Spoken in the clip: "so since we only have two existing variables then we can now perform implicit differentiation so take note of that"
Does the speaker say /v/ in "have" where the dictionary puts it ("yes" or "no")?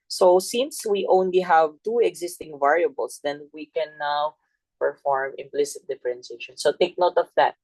yes